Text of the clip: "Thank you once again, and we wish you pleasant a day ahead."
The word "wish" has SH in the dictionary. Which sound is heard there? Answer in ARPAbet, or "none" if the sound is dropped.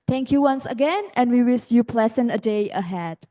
S